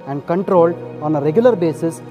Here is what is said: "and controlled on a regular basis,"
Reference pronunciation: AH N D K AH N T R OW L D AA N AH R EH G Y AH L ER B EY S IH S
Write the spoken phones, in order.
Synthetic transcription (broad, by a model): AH N D K AH N T R OW L D AA N AH R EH G Y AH L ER B EY S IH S